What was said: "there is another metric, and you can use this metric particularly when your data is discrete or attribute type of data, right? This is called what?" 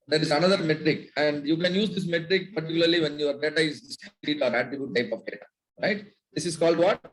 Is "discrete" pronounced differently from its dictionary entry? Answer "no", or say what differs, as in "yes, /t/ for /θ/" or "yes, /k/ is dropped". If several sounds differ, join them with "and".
yes, /l/ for /ɹ/